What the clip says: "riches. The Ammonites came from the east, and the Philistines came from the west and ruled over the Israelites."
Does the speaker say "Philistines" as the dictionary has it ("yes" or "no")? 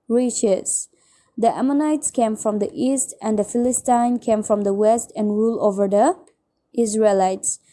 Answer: no